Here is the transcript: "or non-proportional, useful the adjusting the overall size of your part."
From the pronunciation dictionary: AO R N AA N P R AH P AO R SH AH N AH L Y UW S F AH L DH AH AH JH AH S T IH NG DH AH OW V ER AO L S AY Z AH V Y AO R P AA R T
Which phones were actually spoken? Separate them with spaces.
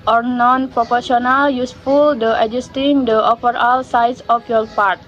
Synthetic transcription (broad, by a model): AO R N AA N P R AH P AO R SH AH N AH L Y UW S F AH L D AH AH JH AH S T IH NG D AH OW F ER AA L S AY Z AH F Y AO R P AA R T